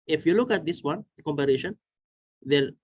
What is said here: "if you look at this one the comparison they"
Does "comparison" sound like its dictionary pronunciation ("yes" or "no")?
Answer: no